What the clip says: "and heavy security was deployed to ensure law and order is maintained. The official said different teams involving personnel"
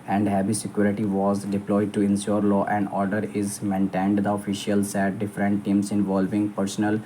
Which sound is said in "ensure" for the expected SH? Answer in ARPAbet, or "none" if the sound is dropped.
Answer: S